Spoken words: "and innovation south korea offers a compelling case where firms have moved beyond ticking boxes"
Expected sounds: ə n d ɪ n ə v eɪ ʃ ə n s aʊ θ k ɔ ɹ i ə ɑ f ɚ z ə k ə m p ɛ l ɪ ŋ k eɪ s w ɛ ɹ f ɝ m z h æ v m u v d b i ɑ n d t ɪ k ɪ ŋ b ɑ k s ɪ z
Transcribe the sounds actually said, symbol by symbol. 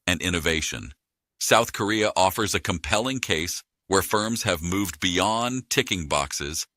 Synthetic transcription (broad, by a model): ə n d ɪ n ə v eɪ ʃ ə n s aʊ θ k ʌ ɹ i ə ɑ f ɚ z ə k ə m p ɛ l ɪ ŋ k eɪ s w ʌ ɹ f ɝ m z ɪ v m u v b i ɑ n t ɪ k ɪ ŋ b ɑ k s ɪ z